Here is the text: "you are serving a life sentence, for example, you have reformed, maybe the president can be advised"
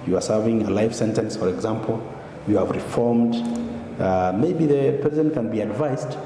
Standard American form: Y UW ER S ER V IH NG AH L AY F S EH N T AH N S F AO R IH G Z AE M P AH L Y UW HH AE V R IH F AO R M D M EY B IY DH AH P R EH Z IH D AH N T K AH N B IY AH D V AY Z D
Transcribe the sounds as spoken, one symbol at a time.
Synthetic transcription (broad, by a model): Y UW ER S ER V IH NG AH L AY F S EH N T AH N S F AO R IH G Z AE M P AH L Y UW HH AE V R IH F AO R M D M EY B IY DH AH P EH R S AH N K AH N B IY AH D V AY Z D